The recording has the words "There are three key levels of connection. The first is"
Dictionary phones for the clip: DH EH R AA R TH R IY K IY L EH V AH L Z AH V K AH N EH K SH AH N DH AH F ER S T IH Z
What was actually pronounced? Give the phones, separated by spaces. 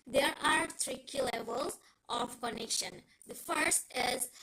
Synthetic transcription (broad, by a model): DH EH R AA R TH R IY K IY L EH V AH L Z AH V K AH N EH K SH AH N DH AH F ER S T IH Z